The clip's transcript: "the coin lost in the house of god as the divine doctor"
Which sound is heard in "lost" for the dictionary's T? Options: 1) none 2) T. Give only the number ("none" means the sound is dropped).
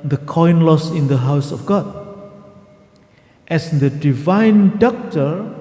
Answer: 1